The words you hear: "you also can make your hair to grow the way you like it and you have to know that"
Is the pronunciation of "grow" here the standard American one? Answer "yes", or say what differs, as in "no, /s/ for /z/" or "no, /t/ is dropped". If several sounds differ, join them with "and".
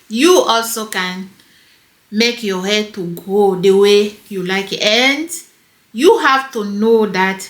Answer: no, /ɹ/ is dropped